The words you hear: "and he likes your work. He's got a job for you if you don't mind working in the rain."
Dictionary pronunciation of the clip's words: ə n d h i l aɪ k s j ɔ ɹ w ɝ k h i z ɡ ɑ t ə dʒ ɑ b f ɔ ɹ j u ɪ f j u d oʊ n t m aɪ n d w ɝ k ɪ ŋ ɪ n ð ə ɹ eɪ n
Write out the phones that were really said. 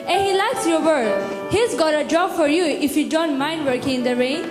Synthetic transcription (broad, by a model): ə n h i l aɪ s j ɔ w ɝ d h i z ɡ ɑ t ə dʒ ɑ b f ɔ ɹ j u ɪ f j u d oʊ n t m aɪ n d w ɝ k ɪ ŋ ɪ n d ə ɹ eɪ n